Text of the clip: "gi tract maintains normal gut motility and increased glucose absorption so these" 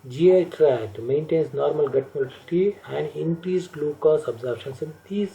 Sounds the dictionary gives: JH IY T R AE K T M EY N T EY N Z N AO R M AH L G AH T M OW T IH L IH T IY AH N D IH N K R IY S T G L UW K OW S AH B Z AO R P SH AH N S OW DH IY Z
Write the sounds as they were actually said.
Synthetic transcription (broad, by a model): JH IY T R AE T M EY N T EY N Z N AO R M AH L G AH T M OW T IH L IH T IY AH N D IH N K R IY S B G L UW K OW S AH B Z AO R B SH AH N S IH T IY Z